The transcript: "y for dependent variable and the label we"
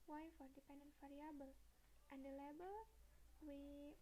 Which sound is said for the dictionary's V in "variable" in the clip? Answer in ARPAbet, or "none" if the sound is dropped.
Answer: F